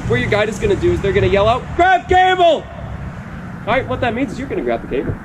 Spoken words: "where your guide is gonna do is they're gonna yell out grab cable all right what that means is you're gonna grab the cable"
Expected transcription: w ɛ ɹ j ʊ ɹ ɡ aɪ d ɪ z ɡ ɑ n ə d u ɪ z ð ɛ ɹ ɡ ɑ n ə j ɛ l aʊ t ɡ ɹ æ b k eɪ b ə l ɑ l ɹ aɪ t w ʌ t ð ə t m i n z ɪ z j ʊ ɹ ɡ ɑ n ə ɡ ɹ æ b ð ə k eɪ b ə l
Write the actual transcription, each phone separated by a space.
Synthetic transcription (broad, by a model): w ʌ ɹ j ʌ ɹ ɡ aɪ d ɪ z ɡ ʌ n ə d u ɪ z ð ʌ ɹ ɡ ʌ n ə j ɛ l aʊ t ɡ ɹ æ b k eɪ ə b l ɹ aɪ t w ʌ t ð ə t m i n z ɪ z j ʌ ɹ ɡ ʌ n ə ɡ ɹ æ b ð ə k eɪ b l